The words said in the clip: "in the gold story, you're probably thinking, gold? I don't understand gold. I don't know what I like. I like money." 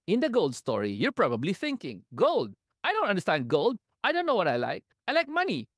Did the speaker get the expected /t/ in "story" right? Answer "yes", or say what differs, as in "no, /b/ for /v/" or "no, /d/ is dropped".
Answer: yes